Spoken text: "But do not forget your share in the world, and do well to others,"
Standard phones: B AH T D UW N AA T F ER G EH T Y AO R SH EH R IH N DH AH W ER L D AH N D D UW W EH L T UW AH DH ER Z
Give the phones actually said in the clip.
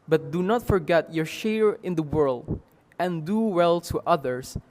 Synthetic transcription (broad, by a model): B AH T D UW N AA T F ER G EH T Y AO R SH EH R IH N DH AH W ER L D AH N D D UW W EH L T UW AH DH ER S